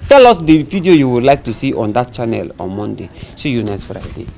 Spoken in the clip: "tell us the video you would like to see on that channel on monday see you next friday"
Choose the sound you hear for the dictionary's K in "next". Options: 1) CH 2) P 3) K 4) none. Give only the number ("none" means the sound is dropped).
4